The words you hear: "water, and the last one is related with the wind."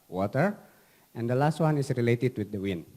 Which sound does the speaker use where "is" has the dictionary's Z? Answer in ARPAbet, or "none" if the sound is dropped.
S